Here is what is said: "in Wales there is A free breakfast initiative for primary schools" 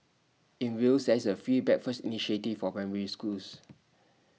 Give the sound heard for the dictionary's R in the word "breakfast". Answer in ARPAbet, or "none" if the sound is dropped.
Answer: none